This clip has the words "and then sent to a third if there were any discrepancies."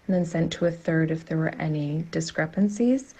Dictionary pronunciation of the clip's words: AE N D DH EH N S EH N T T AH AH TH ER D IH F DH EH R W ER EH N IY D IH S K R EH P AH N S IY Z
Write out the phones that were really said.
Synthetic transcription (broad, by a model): N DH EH N S EH N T T AH AH TH ER D IH F DH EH R W ER EH N IY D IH S K R EH P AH N S IY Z